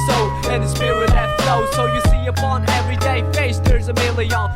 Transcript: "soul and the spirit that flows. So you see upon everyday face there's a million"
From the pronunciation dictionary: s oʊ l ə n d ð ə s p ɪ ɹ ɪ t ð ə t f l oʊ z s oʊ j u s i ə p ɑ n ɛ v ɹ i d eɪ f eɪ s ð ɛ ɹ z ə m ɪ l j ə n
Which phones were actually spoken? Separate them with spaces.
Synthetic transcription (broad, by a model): s oʊ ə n ð ə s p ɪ w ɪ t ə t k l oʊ s oʊ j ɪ s i ə p ɑ n ɛ v ɹ i d eɪ f eɪ s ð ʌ ɹ z ə m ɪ l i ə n